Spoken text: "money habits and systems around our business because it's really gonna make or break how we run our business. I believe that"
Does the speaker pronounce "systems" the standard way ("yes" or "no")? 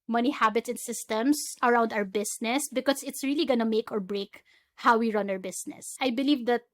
no